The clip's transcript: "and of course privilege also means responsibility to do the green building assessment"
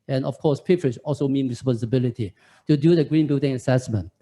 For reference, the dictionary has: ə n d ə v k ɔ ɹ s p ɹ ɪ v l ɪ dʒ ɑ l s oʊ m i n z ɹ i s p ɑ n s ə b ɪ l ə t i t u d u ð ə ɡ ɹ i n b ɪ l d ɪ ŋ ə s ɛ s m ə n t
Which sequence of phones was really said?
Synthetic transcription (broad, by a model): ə n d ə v k ɔ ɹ s p ɪ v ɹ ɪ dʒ ɑ l s oʊ m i n ɹ i s p ɑ n s ə b ɪ l ə t i t u d u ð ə ɡ ɹ i n b ɪ l d ɪ ŋ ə s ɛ s m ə n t